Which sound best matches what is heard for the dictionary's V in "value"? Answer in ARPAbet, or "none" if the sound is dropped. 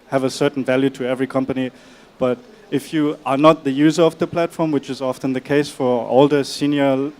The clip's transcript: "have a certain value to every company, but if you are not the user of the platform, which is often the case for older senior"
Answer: V